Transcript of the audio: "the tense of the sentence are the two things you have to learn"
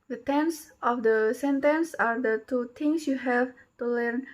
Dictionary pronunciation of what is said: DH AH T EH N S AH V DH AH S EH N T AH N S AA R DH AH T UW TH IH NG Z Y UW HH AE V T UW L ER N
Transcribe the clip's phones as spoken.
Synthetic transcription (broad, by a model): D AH T EH N S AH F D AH S EH N T AH N S AA R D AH T UW T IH NG S Y UW HH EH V T UW L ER N